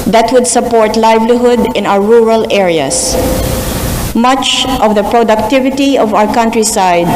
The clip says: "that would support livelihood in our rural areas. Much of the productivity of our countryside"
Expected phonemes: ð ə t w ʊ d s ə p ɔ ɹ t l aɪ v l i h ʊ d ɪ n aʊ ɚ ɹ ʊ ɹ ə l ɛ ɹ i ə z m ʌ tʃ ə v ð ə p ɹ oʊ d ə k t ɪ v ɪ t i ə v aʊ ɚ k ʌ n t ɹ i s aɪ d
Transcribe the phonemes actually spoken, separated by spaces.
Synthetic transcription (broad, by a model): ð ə t w ʊ d s ə p ɔ ɹ t l aɪ v l i h ʊ d ɪ n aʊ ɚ ɹ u ɹ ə l ɛ ɹ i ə s m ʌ tʃ ə v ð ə p ɹ oʊ d ə k t ɪ v ɪ t i ə v aʊ ɚ k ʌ n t ɹ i s aɪ d